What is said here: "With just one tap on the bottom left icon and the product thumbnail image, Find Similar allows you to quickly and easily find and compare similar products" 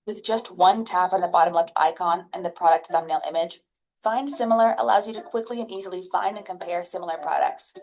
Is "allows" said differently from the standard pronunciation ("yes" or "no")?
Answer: no